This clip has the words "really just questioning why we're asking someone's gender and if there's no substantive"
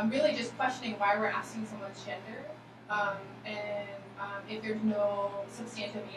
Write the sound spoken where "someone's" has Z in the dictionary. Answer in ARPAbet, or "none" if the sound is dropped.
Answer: none